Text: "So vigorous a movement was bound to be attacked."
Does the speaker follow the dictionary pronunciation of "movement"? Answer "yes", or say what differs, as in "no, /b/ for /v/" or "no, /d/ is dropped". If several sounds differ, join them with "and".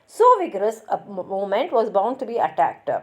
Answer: no, /v/ is dropped